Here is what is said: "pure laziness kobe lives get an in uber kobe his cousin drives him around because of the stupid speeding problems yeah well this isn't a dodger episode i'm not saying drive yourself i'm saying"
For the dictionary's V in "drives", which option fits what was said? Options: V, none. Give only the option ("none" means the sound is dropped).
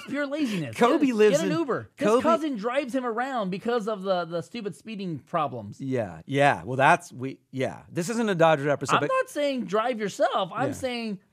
V